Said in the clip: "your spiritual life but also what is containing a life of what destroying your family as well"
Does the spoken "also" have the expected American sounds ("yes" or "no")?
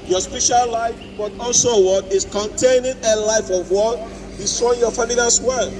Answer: yes